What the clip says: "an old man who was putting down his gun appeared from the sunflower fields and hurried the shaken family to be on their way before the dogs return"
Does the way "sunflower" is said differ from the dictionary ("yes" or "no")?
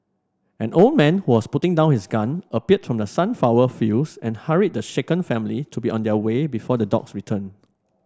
yes